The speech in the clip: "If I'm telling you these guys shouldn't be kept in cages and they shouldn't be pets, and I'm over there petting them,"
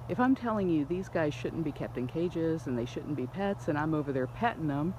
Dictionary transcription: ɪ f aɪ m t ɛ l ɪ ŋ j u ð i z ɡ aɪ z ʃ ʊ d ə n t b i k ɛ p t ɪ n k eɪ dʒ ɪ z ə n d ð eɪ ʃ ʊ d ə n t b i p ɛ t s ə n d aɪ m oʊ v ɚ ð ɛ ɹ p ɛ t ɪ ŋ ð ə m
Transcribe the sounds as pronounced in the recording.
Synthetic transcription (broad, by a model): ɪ f aɪ m t ɛ l ɪ ŋ j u ð i z ɡ aɪ z ʃ ʊ d n b i k ɛ p t ɪ n k eɪ dʒ ɪ z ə n ð eɪ ʃ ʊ d n b i p ɛ t s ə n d aɪ m oʊ v ɚ ð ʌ ɹ p ɛ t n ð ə m